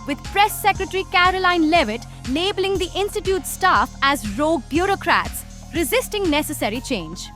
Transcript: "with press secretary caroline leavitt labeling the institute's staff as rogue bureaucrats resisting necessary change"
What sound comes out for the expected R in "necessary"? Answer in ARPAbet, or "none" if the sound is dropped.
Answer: R